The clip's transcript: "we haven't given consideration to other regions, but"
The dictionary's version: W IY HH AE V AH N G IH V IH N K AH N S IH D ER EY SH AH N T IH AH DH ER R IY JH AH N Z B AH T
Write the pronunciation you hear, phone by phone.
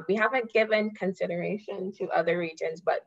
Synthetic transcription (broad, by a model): W IY HH AE V AH N G IH V IH N K AH N S IH D ER EY SH AH N T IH AH DH ER R IY JH AH N Z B AH T